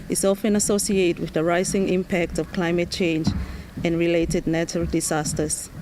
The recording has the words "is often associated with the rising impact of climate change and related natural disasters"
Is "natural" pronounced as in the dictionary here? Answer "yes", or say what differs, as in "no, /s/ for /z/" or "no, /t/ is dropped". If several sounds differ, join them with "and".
no, /ɹ/ is dropped